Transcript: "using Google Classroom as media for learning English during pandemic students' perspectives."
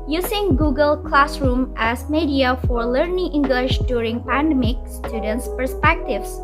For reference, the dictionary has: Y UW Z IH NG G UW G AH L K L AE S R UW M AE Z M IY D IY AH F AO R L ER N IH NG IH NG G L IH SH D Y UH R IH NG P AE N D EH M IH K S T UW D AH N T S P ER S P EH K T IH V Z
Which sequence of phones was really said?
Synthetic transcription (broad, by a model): Y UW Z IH NG G UW G AH L K L AE S R UW M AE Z M IY D IY AH F AO R L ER N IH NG IH NG G L IH SH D Y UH R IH NG P AE N D EH M IH K S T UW D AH N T S P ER S P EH K T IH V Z